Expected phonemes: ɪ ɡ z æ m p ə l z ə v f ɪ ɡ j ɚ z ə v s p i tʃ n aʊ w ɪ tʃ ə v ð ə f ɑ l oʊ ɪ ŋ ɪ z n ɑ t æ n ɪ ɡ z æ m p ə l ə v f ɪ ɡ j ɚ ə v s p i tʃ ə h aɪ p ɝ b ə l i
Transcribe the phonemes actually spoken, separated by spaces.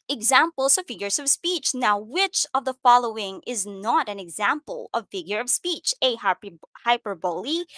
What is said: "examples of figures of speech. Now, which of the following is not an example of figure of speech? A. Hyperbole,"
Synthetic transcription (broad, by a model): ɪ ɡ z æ m p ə l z ə v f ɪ ɡ j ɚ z ə v s p i tʃ n aʊ w ɪ tʃ ə v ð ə f ɑ l oʊ ɪ ŋ ɪ z n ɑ t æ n ɪ ɡ z æ m p ə l ə v f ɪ ɡ j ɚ ə v s p i tʃ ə h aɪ p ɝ b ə l i